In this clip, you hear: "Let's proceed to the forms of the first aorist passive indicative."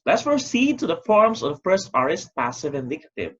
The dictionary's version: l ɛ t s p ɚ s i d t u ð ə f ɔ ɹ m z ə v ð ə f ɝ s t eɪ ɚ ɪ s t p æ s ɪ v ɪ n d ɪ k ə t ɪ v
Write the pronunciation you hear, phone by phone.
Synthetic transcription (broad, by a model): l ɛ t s f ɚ s i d t u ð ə f ɔ ɹ m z ə v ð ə f ɝ s t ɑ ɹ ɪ s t p æ s ɪ v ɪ n d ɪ k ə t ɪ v